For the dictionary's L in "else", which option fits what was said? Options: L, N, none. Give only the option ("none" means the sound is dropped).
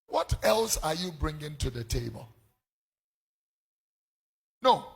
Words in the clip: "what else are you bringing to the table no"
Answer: L